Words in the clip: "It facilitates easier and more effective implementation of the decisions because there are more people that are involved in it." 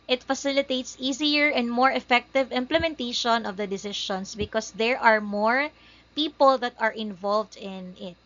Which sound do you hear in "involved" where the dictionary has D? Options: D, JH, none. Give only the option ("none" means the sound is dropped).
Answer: D